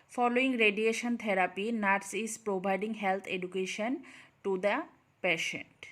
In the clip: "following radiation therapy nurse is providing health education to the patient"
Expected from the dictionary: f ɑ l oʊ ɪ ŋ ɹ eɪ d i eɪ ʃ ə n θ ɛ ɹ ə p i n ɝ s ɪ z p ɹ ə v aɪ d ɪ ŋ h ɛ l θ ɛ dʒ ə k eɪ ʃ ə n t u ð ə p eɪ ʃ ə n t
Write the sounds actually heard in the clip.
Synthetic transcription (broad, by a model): f ɑ l oʊ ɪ ŋ ɹ eɪ d i eɪ ʃ ə n t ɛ ɹ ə p i n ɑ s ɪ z p ɹ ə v aɪ d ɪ ŋ h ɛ l t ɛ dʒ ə k eɪ ʃ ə n t u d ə p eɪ ʃ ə n t